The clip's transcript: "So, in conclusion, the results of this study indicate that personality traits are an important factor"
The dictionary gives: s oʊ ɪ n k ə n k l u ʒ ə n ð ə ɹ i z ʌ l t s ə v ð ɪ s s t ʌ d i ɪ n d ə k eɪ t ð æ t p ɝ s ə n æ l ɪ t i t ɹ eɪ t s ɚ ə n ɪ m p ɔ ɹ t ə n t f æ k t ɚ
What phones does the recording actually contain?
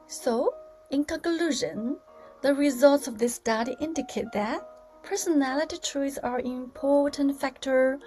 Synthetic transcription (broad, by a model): s oʊ ɪ n k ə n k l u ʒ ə n ð ə ɹ i z ʌ l t s ə v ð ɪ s s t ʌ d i ɪ n d ə k eɪ t ð æ t p ɝ s ə n æ l ɪ t i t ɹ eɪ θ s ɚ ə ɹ ɪ m p ɔ ɹ t ə n t f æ k t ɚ